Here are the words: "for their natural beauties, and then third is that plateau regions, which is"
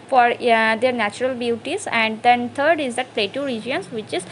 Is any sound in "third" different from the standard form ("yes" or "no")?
yes